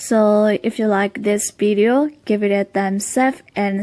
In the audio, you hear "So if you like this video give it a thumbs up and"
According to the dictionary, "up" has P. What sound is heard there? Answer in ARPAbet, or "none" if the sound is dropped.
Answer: F